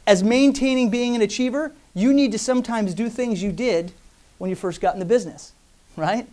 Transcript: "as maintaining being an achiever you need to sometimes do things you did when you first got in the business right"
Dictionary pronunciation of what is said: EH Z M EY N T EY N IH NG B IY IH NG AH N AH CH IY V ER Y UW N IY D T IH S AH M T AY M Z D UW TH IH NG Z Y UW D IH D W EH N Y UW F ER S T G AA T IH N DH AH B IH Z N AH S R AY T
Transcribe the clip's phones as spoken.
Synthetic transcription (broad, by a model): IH Z M EY N T EY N IH NG B IY IH NG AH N AH CH IY V ER Y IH N IY D T IH S AH M T AY M Z D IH TH IH NG Z Y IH D IH D W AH N Y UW F ER S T G AA T N DH AH B IH Z N AH S R AY T